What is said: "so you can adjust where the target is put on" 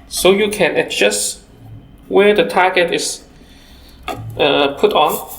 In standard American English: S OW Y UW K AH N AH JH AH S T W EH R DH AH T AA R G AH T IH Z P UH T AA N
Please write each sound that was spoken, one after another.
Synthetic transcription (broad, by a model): S OW Y UW K AH N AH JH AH S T W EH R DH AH T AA G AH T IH S P UH T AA N